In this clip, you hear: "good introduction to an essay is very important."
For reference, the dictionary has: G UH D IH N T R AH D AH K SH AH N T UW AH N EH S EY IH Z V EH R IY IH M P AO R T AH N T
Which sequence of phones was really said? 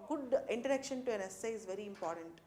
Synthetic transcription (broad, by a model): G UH D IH N T AH D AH K SH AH N T UW AH N EH S EY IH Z V EH R IY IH M P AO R T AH N T